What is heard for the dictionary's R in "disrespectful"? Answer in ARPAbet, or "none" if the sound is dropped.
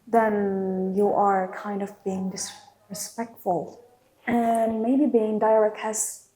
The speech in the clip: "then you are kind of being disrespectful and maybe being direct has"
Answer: R